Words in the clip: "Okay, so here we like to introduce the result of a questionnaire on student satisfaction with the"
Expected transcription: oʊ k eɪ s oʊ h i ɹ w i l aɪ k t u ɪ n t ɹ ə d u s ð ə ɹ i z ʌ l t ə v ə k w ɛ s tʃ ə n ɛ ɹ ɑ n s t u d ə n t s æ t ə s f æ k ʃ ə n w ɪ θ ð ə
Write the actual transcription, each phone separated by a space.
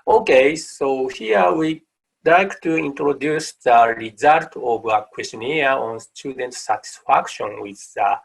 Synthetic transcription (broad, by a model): oʊ k eɪ s oʊ h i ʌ w i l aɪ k t u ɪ n t ɹ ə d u s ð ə ɹ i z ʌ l t ə v ə k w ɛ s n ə ɑ ɑ n s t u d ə n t s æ t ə s f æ k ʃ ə n w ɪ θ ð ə